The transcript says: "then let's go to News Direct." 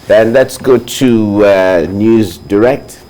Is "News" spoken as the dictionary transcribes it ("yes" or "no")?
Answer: yes